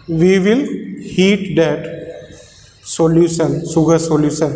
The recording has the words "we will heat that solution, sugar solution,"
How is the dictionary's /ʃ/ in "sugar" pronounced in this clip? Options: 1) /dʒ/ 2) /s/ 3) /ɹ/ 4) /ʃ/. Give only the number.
2